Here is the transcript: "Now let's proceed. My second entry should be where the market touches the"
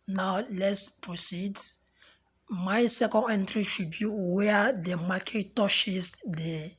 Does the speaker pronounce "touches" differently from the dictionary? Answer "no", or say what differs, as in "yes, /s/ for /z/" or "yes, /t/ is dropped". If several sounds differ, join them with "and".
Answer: yes, /ʃ/ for /tʃ/